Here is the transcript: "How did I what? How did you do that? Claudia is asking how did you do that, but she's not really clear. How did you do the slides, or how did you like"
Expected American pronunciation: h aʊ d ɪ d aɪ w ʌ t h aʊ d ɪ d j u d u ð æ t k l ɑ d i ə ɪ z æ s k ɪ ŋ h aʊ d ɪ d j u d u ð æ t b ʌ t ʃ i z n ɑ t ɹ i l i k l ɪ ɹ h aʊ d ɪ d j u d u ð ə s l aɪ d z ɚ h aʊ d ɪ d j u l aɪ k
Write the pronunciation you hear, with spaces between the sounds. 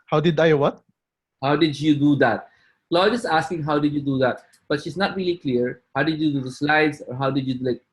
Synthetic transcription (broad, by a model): h aʊ d ɪ d aɪ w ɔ t h aʊ d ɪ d j u d u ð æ t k l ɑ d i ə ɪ s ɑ s k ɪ ŋ h aʊ d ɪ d j u d u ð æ t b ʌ t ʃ i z n ɑ t ɹ i l i k l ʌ ɹ h aʊ d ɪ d j u d u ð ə s l aɪ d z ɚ h aʊ d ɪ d j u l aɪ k